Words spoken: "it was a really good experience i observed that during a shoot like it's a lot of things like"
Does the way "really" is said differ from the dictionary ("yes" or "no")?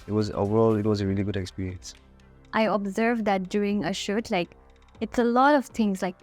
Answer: no